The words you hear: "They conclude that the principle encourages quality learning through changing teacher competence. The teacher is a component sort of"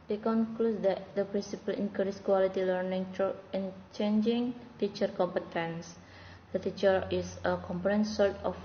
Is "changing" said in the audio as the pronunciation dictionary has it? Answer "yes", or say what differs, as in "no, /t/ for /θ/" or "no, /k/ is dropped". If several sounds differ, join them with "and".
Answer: yes